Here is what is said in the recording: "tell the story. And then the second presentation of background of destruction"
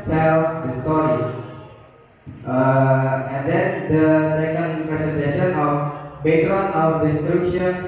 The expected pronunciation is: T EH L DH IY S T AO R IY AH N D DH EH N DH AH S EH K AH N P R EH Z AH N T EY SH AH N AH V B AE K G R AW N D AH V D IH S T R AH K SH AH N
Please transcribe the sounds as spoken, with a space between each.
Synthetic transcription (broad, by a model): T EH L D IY S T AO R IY AH N D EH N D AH S EH K AH N P R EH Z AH N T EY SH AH N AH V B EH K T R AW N AH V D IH S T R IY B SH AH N